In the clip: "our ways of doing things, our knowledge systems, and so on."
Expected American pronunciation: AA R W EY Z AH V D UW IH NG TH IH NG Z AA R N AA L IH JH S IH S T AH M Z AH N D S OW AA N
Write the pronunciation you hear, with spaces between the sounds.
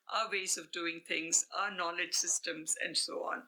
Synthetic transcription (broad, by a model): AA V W EY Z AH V D UW IH NG T IH NG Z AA N AA L IH JH S IH S T AH M Z AH N D S OW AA N